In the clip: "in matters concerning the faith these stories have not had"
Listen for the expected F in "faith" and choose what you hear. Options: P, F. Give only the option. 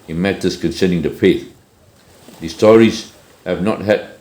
P